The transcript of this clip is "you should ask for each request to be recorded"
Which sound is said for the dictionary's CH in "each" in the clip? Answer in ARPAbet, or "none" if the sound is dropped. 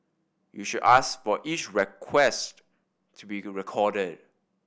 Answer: CH